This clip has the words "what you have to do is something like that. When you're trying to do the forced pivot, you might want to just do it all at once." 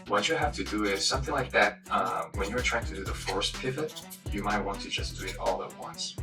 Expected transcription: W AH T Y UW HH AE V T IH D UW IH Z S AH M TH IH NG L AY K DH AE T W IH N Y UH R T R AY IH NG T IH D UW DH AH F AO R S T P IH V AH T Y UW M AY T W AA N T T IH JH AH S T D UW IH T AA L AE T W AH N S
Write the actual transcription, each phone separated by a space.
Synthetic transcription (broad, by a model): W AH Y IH HH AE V T IH D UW IH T S AH M TH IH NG L AY K DH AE T W IH N Y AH R T R AY IH NG T IH D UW DH AH F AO R S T P IH V AH T Y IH M AY T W AA N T T IH JH AH S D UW IH T AA L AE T W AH N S